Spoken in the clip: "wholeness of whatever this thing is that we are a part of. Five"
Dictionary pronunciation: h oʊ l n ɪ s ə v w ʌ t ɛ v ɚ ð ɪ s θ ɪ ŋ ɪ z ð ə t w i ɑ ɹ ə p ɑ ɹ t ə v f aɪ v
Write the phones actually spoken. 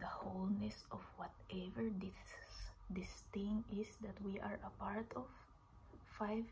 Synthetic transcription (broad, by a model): h oʊ l n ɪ s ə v w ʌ t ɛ v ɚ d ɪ s t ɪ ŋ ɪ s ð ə t w i ɑ ɹ ə p ɑ ɹ t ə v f aɪ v